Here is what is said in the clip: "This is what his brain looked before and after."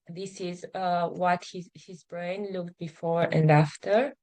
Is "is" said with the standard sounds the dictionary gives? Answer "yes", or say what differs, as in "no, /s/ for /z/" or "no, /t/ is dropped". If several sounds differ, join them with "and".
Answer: yes